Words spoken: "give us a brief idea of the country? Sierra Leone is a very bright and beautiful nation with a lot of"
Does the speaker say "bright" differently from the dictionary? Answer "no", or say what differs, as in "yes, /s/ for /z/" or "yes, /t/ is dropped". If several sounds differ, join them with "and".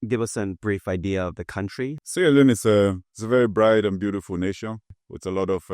no